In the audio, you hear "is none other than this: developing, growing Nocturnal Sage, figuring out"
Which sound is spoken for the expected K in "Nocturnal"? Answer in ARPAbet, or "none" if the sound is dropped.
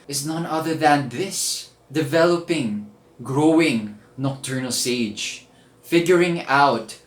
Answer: K